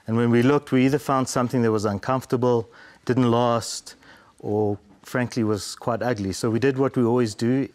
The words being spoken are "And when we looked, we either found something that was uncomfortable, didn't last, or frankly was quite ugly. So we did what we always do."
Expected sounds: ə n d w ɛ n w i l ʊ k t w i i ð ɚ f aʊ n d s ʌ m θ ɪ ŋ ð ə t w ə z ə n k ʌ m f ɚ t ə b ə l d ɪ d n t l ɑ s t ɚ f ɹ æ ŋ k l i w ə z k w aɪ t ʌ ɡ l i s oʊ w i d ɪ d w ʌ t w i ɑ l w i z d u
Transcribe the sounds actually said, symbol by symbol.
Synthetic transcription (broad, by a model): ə n w ɛ n w i l ʊ k t w i i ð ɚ f aʊ n d s ʌ m θ ɪ ŋ ð ə t w ə z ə n k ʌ m f t ə b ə l d ɪ d n t l ɑ s t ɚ f ɹ æ ŋ k l i w ə z k w aɪ t ʌ ɡ l i s oʊ w i d ɪ d w ʌ t w i ɑ l w i z d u